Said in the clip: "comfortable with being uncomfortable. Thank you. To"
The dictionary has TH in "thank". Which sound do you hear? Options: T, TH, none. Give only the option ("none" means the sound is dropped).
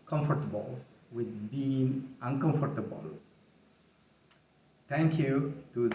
T